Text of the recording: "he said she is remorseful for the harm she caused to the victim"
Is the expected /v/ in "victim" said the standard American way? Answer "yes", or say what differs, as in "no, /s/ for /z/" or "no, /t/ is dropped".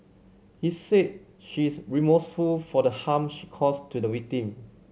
no, /w/ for /v/